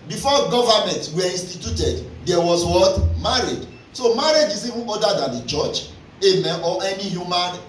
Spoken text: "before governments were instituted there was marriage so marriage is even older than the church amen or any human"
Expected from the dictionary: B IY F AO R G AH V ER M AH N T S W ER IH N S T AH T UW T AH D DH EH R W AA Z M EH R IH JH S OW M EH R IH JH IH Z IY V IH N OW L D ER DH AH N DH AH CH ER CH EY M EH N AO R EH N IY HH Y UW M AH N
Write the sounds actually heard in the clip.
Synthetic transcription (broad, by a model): B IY F AO G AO V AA M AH N T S W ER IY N S T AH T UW T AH D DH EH W W AA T M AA R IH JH S OW M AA R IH JH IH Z IY V IH N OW D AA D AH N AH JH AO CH EY M EH N AO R EH N IY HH Y UW M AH N